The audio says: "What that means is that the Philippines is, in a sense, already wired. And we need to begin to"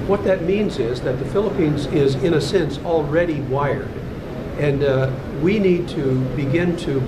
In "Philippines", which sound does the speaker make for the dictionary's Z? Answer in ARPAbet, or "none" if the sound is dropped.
Z